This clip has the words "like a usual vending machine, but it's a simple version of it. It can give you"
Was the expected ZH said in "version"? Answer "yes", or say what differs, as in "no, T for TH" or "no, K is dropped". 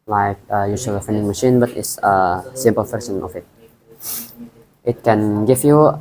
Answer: no, S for ZH